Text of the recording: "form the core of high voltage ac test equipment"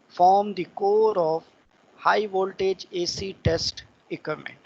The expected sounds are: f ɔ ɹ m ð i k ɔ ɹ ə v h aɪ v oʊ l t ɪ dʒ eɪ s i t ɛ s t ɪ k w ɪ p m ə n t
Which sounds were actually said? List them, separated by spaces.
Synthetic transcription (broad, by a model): f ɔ ɹ m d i k ɔ ɹ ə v h aɪ v oʊ l t ɪ dʒ eɪ s i t ɛ s t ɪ k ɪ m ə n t